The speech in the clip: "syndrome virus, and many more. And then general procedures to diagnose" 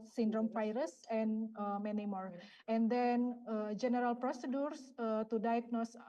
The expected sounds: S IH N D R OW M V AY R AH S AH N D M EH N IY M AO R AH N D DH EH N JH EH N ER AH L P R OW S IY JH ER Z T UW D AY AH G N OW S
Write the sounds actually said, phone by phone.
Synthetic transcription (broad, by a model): S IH N D R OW M F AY R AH S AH N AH M EH N IY M AO R AH N D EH N JH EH N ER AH L P R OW S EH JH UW S T UW D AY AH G N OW S